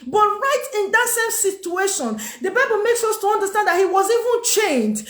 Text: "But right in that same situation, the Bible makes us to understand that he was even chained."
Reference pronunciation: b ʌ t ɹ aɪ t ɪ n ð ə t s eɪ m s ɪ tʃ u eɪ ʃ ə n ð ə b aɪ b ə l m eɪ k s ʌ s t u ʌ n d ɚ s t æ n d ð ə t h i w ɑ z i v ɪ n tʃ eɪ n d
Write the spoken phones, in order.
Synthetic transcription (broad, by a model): b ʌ t ɹ aɪ t ɪ n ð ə t s eɪ m s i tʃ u eɪ ʃ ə n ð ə b aɪ b ə l m eɪ k s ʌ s t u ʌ n d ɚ s t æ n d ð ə t h i w ɑ z i v ɪ n tʃ eɪ n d